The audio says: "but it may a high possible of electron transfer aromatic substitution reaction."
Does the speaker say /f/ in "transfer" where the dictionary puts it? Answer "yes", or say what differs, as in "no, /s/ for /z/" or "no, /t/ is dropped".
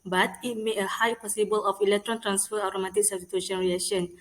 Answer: yes